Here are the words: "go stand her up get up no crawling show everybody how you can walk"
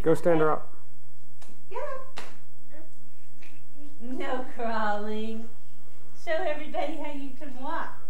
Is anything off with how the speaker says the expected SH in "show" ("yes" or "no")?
yes